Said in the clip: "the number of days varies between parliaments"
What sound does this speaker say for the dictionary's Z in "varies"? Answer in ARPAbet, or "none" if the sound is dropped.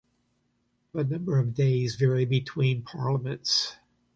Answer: none